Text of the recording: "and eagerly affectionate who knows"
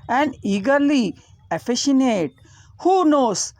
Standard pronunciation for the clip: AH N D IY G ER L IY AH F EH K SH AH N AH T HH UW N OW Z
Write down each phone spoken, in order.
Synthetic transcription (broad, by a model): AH N D IY G ER L IY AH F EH SH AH N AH T HH UW N OW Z